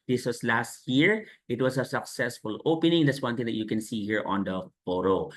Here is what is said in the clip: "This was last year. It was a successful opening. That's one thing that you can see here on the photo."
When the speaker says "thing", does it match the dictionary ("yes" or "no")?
no